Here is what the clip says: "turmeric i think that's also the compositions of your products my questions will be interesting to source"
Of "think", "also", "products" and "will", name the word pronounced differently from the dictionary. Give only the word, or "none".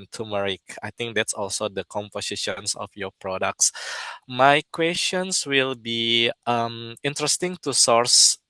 think